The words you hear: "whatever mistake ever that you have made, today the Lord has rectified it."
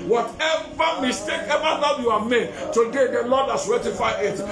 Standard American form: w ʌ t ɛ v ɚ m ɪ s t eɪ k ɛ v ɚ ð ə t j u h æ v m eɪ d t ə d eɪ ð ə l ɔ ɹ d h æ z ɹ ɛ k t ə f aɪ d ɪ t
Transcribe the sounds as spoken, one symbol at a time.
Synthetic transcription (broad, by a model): w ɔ t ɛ v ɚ m ɪ s t eɪ k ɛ v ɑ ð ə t j u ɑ m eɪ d t ə d eɪ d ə l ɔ d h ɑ s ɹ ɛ t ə f aɪ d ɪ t